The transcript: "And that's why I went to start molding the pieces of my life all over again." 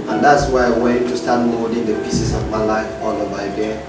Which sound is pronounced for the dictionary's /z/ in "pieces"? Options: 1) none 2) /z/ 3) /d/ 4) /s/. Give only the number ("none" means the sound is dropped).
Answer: 4